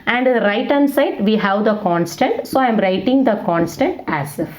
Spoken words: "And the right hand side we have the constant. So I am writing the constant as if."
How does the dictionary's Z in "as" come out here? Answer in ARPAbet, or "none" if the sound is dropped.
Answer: S